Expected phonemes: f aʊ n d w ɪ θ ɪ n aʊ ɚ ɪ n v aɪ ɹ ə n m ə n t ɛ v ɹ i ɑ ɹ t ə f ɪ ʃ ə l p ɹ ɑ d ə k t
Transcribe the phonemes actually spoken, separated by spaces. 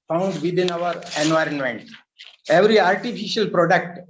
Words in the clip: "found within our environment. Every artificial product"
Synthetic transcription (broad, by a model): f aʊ n d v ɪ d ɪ n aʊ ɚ ɪ n v aɪ ɹ ə n m ə n t ɛ v ɹ i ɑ ɹ t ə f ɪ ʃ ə l p ɹ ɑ d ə k t